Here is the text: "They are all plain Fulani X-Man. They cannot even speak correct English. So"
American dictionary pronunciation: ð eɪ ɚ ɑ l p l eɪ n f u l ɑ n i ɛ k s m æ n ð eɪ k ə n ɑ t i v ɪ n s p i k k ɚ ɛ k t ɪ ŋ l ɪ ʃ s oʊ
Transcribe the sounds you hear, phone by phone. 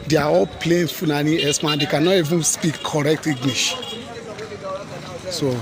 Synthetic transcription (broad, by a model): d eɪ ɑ ɑ l p l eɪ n f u n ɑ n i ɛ s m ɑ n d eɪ k ə n ɑ t i v ɪ n s p i k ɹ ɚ ɛ k t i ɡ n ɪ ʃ s oʊ